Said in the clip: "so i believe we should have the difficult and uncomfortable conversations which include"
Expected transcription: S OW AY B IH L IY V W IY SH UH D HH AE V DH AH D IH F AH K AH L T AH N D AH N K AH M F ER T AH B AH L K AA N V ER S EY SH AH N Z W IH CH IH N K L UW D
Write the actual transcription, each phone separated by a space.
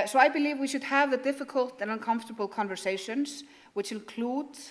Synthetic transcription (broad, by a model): S OW AY B IH L IY V W IY SH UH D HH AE V DH AH D IH F AH K AH L T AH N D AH N K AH M F T AH B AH L K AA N V ER S EY SH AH N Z W IH CH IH N K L UW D